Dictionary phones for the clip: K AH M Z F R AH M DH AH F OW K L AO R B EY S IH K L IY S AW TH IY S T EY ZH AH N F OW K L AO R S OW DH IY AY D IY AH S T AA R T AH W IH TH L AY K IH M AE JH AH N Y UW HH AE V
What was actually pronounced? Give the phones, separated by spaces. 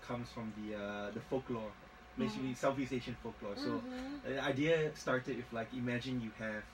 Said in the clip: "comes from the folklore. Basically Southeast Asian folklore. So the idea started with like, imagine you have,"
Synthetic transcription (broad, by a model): K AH M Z F R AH M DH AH F OW K L AO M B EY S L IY S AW F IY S EY SH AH N F OW K L AO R S OW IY AY D IY AH S T AA R T AH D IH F L AY K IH M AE JH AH N Y UW HH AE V